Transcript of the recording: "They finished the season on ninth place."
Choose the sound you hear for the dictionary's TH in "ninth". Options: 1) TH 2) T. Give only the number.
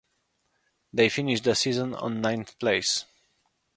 1